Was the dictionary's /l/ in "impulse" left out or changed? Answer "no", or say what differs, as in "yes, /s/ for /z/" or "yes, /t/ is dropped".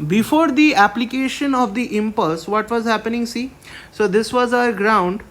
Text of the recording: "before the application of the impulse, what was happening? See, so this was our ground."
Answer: no